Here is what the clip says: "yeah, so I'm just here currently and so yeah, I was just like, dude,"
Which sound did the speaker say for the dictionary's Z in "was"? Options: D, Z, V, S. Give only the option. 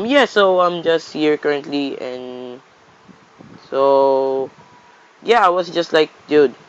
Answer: S